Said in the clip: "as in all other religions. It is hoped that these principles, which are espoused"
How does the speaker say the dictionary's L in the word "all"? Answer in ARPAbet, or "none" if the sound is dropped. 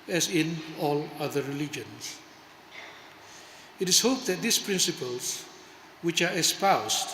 L